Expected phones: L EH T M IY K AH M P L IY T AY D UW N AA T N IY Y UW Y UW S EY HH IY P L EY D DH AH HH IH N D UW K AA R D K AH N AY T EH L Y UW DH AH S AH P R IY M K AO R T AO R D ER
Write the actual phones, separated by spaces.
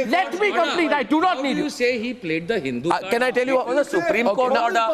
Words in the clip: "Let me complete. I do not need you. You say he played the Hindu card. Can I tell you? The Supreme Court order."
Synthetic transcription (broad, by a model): L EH T M IY K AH M P L IY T AY D UW N AA T N IY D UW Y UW S EY HH IY P L EY D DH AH HH IH N D UW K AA K AH N AY T EH L Y UW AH S AH P R IY M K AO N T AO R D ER